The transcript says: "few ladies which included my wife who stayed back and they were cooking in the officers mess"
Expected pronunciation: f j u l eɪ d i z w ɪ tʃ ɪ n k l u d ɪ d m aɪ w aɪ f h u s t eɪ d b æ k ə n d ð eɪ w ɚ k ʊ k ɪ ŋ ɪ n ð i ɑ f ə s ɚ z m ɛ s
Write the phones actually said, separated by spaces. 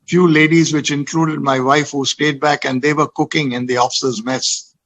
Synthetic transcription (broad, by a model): f j u l eɪ d i z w ɪ tʃ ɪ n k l u d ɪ d m aɪ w aɪ f h u s t eɪ d b æ k ə n d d eɪ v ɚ k ʊ k ɪ ŋ ɪ n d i ɑ f ə s ɚ z m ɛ s